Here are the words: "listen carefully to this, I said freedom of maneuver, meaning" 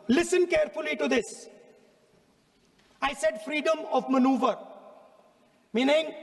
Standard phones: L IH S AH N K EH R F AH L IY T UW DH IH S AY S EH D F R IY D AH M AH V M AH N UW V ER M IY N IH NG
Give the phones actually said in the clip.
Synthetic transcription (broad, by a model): L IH S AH N K EH R F AH L IY T UW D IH S AY S EH D F R IY D AH M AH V M AH N UW V ER M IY N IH NG